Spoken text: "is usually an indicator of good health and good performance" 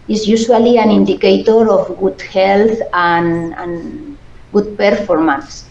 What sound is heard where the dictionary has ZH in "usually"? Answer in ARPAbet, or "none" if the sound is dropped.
S